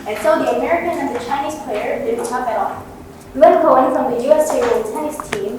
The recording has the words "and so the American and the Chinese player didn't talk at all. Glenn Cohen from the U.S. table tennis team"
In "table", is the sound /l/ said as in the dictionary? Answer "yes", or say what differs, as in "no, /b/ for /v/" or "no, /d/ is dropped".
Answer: no, /n/ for /l/